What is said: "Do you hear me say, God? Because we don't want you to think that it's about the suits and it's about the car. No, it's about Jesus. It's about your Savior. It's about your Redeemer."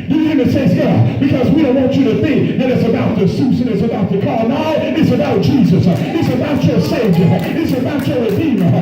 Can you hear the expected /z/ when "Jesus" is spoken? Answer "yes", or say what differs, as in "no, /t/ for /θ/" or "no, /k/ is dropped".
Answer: yes